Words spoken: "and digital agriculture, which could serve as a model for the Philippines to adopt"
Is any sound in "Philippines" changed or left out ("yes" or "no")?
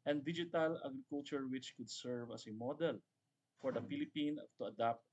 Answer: yes